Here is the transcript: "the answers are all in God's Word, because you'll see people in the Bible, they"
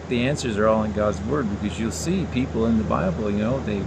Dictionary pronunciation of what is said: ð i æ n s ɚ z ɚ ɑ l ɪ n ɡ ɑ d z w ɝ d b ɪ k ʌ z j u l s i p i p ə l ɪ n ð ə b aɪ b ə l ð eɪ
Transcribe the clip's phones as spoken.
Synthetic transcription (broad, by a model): ð i æ n s ɚ z ɚ ɑ l ɪ n ɡ ɑ d z w ɝ d b ɪ k ʌ z j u l s i p i p l ɪ n ð ə b aɪ b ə n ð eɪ